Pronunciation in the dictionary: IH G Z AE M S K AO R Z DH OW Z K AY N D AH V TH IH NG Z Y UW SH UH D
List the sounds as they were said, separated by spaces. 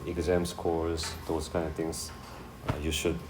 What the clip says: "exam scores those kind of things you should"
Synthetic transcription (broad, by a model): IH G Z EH M S K AO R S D OW S K AY N D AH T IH NG S Y UW SH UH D